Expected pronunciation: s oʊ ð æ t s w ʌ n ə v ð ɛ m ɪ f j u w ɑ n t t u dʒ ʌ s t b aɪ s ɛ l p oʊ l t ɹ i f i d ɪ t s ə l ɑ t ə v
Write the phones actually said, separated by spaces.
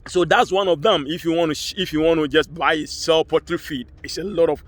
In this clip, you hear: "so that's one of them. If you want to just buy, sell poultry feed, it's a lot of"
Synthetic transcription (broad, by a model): s oʊ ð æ t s w ʌ n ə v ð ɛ m ɪ f j u w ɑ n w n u dʒ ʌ s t b aɪ s ɛ l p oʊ t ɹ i f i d ɪ t s ə l ɑ t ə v